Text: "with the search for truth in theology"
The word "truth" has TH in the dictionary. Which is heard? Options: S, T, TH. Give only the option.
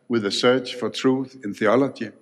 TH